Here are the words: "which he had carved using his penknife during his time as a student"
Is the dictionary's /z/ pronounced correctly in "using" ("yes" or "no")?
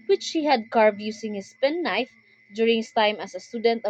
no